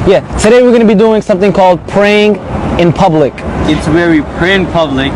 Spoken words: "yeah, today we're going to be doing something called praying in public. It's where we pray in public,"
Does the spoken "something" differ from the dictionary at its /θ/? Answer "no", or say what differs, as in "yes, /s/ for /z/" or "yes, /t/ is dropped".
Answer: no